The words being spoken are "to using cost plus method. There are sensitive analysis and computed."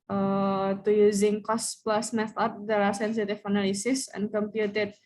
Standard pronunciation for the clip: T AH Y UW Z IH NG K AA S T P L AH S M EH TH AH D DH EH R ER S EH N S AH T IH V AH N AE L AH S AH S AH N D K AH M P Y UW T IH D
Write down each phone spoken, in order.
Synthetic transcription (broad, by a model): T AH Y UW Z IH NG K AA S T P L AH S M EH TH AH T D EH L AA S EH N S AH T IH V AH N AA L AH S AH S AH N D K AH M P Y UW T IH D